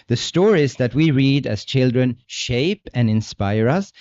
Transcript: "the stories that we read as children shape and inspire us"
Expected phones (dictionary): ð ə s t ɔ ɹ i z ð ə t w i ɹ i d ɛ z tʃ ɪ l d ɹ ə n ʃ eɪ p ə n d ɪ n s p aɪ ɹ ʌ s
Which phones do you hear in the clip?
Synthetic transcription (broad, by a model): ð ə s t ɔ ɹ i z ð ə t w i ɹ i d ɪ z tʃ ɪ l d ɹ ə n ʃ eɪ p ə n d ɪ n s p aɪ ɹ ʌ s